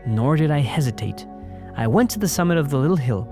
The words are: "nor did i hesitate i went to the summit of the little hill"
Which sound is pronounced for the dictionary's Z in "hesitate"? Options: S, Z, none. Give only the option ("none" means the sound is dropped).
Z